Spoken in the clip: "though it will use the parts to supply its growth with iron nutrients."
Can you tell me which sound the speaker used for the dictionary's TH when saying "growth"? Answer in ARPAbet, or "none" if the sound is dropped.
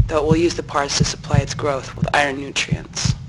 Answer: TH